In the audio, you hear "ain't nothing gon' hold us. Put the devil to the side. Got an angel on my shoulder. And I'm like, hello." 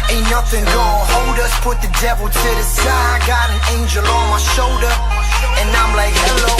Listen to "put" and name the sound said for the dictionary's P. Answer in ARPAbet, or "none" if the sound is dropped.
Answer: P